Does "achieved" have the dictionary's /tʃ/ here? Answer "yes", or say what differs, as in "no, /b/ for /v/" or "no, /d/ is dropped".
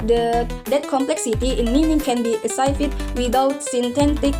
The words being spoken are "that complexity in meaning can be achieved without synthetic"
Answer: no, /s/ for /tʃ/